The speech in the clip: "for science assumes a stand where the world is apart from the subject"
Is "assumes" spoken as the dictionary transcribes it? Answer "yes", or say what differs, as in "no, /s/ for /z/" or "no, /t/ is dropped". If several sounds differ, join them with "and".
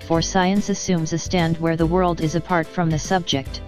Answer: yes